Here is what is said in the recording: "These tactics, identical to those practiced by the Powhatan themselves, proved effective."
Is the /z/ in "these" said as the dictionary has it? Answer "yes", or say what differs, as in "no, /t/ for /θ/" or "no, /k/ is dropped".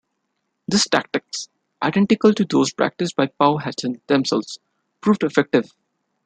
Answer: no, /s/ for /z/